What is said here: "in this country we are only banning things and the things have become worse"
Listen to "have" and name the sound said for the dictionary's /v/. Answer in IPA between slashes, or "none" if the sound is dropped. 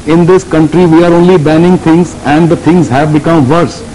/v/